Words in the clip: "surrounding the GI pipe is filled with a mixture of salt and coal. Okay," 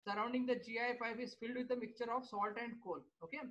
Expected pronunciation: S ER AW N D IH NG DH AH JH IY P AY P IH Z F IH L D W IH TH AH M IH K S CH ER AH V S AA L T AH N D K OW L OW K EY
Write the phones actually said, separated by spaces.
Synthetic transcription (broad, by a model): S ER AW N D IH NG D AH JH IY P AY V IH Z F IH L D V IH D AH M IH K CH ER AH V S AA L T AH N D K OW L OW K EY